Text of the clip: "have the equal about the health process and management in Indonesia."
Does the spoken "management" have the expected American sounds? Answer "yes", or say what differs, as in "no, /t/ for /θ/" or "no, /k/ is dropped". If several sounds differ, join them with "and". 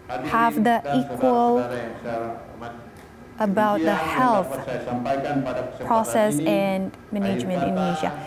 yes